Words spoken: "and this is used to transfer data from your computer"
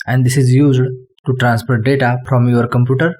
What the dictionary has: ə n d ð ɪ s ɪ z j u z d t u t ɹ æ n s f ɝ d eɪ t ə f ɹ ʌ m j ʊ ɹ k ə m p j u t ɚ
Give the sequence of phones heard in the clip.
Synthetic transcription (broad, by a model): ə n d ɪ s ɪ z j u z d t u t ɹ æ n s p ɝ d eɪ t ə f ɹ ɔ m j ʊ ɹ k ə m p j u t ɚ